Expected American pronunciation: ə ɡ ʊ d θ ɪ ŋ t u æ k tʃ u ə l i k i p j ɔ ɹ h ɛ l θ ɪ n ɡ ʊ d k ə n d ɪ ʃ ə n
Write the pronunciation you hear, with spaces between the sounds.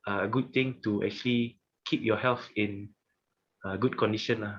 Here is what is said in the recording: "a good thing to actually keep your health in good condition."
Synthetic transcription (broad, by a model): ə ɡ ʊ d t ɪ ŋ t u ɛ k tʃ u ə l i k i p j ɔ h ɛ l f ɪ n ɡ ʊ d k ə n d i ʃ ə n